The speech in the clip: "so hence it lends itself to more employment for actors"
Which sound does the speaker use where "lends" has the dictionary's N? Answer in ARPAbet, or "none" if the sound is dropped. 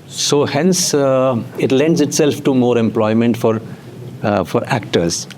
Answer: N